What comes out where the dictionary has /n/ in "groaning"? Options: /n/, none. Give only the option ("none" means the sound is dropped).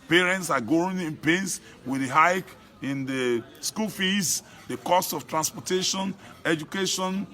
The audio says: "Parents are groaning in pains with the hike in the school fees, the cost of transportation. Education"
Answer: none